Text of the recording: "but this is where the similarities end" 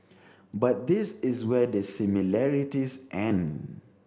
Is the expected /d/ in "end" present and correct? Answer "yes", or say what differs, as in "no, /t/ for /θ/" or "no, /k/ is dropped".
no, /d/ is dropped